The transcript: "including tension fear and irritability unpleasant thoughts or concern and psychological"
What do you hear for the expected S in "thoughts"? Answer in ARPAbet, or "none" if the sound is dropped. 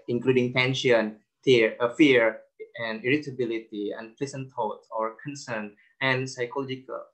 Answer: none